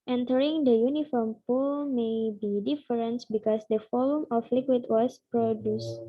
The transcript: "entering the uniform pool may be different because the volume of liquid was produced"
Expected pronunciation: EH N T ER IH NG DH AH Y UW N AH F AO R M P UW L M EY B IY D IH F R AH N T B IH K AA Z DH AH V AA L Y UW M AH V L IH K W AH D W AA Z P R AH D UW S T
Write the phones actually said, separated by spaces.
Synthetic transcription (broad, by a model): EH N T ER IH NG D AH Y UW N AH F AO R M P UW L M EY B IY D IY F R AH N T B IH K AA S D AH F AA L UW M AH F L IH K W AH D W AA S P R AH D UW S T